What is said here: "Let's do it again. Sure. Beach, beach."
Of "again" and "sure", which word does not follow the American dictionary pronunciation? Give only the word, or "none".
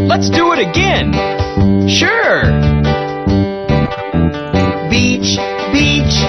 none